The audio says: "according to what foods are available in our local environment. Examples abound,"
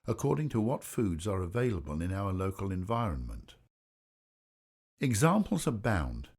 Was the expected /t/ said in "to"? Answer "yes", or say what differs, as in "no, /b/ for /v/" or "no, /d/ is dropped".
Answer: yes